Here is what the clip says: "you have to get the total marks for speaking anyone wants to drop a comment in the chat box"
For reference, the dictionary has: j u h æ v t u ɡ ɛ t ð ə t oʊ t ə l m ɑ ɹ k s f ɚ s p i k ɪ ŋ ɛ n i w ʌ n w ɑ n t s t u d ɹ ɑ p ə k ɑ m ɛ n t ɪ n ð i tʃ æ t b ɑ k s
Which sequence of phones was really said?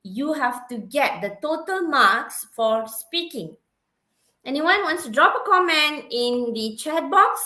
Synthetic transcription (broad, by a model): j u h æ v t u ɡ ɛ t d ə t oʊ t ə l m ɑ k s f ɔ s p i k ɪ ŋ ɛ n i w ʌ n w ɑ n t s t u d ɹ ɑ p ə k ɑ m ɛ n t ɪ n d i tʃ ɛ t b ɑ k s